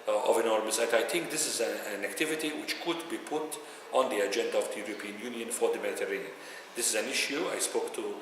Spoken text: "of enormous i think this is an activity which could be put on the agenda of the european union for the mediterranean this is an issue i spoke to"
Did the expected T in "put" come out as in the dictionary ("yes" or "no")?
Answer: yes